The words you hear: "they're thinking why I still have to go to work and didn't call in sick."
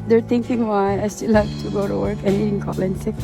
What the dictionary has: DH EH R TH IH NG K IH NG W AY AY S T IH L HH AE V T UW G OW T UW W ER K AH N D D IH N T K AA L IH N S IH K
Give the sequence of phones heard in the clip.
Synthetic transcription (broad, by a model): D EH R T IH NG K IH NG W AY AY S T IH L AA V T UW G OW T UW W ER K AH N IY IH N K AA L IH N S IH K